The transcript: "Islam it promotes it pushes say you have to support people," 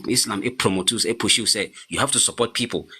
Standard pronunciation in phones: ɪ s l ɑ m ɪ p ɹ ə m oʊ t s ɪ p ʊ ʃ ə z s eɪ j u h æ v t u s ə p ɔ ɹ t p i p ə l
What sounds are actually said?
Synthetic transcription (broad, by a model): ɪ s l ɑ m ɪ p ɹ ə m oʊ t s ɪ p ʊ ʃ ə s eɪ j u h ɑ f t u s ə p ɔ t p i p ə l